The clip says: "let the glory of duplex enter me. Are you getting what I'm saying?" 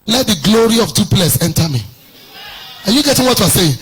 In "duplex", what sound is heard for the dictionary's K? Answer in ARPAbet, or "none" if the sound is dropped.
none